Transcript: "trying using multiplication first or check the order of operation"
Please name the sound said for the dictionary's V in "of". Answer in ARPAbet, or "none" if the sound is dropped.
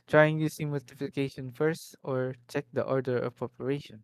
P